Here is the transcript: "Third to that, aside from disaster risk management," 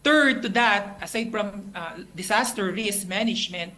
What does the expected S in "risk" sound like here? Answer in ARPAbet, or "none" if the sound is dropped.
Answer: S